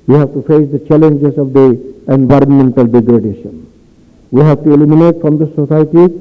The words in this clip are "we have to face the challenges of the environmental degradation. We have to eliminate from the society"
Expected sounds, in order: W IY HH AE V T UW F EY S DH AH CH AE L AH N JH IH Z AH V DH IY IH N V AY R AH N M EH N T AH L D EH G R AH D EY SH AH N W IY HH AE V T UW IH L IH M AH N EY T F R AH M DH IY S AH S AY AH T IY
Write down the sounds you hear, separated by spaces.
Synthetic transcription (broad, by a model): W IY HH AE V T UW F EY S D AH CH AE L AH N JH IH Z AH V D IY IH N V AY R AH N M EH N T AH L D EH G R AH D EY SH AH N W IY HH AE V T UW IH L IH M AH N EY T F R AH M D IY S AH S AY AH T IY